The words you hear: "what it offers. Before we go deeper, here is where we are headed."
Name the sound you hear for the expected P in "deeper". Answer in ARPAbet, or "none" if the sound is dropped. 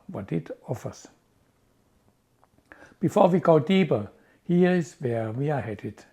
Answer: B